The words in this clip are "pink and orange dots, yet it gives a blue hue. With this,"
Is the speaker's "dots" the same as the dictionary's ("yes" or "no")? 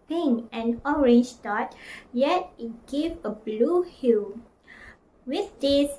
no